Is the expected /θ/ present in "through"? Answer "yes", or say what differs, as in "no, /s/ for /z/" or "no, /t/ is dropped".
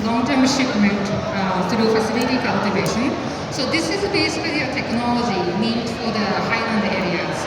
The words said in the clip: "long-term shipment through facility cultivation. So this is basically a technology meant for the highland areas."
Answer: no, /t/ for /θ/